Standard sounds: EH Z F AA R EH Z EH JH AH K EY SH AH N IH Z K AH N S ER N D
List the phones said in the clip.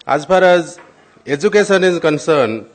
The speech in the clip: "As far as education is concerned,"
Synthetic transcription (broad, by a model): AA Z P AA R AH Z EH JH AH K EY S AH N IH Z K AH N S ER N